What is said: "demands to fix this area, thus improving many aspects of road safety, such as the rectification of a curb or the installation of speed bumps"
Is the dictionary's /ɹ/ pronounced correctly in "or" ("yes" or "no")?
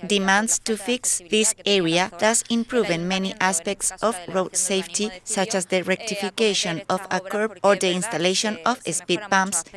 yes